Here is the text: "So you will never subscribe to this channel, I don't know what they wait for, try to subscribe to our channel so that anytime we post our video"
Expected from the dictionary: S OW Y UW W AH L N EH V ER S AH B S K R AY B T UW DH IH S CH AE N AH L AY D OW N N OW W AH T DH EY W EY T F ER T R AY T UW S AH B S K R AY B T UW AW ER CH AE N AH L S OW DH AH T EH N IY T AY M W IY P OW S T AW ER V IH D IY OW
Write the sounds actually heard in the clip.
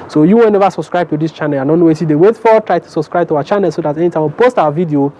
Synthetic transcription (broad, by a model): S OW Y UW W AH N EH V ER S AH B S K R AY B T UW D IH S CH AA N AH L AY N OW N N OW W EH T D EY W EY T F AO T R AY T UW S AH B S K R AY B T UW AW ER CH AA N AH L S OW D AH T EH N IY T AY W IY P OW S T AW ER V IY D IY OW